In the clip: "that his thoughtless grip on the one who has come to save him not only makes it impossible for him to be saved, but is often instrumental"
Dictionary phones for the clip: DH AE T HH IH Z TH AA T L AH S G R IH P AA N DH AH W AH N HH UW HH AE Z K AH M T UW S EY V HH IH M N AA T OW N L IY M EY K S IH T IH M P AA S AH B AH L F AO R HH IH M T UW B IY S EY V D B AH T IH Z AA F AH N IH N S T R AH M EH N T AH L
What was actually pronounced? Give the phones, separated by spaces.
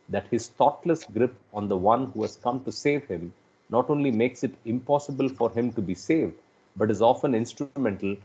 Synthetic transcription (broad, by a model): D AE T HH IH Z T AA T L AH S G R IH P AA N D AH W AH N HH UW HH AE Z K AH M T UW S EY V HH IH M N AA T OW N L IY M EY K S IH T IH M P AA S AH B AH L F AO R HH IH M T UW B IY S EY V D B AH T IH Z AA F AH N IH N S T R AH M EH N T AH L